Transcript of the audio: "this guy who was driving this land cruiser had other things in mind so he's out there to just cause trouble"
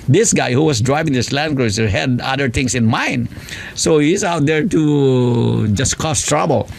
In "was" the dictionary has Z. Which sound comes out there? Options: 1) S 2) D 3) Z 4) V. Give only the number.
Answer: 1